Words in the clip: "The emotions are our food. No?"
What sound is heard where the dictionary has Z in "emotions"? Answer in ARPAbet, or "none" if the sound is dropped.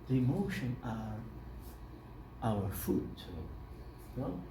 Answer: none